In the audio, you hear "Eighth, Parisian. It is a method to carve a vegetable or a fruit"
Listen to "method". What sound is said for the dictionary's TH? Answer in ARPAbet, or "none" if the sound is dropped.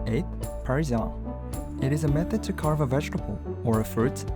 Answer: TH